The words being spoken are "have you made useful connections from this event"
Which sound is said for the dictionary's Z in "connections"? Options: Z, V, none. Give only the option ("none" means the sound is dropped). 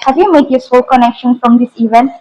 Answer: none